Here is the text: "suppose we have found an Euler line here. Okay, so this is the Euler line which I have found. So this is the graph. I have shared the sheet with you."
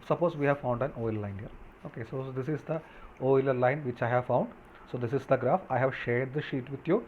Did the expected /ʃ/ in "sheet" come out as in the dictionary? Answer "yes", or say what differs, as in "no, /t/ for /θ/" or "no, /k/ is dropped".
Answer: yes